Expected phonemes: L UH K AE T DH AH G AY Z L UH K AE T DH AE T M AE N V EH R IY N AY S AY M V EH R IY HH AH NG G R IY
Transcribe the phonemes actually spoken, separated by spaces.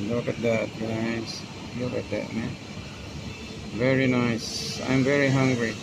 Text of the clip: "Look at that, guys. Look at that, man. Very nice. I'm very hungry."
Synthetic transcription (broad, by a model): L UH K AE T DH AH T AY S L UH K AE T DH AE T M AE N V EH R IY N AY S AY M V EH R IY HH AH NG G R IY